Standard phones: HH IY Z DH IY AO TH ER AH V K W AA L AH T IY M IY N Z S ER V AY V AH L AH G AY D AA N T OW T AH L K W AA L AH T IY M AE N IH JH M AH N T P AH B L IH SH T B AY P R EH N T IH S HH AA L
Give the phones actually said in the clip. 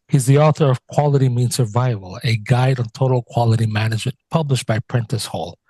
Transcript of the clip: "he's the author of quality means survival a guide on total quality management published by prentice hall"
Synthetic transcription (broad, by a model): HH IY Z DH IY AO TH ER AH V K W AA L AH T IY M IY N S ER V AY V AH L AH G AY D N T OW T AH L K W AA L AH T IY M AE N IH JH M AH N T P AH B L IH SH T B AY P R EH N T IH S HH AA L